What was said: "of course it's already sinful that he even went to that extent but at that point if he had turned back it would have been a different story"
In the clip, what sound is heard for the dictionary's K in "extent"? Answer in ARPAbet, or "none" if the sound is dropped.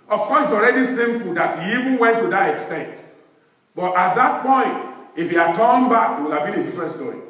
K